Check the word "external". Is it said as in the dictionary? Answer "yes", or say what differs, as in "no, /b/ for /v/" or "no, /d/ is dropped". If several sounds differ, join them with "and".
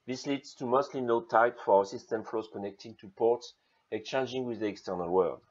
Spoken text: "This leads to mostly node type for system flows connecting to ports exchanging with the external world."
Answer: yes